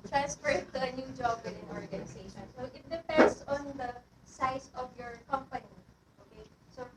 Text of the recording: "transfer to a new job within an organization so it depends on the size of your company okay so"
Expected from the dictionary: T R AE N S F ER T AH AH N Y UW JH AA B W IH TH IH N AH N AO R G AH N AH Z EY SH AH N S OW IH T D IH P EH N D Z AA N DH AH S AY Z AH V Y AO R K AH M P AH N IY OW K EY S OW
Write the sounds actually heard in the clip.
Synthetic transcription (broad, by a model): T R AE N S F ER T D AH N Y UW JH AA B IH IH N AH N AO R G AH N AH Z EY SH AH N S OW IH T D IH P EH N D S AA N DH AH S AY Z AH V Y AO R K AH M P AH N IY OW K EY S OW